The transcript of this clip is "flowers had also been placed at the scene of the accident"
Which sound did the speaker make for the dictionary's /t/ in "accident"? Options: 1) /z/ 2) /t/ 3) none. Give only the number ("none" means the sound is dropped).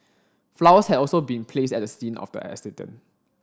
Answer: 3